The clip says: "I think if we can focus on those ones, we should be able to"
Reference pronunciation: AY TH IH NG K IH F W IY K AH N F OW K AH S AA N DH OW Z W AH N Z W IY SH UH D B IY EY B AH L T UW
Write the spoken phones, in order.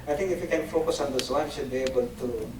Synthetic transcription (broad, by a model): AY T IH NG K IH F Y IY K AH N F OW K AH S AA N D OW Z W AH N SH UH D B IY EY B AH L T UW